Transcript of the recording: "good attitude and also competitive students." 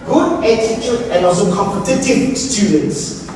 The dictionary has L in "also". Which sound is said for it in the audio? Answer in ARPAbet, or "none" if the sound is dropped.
none